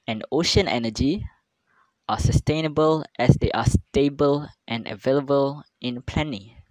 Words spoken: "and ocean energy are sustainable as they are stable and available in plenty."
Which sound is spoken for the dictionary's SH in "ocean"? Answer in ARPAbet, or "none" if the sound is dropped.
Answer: SH